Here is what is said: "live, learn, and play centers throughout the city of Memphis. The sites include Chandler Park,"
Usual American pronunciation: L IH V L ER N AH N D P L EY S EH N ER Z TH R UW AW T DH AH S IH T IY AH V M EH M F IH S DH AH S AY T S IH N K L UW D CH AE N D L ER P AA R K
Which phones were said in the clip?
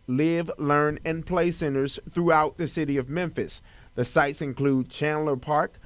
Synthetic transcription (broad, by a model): L IH V L ER N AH N P L EY S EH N ER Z TH R UW AW T DH AH S IH T IY AH V M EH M F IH S DH AH S AY T S IH N K L UW D CH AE N L ER P AA R K